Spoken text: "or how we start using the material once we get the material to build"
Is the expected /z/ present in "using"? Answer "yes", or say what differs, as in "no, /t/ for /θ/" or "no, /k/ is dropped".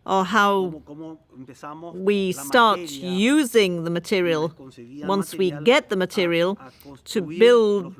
yes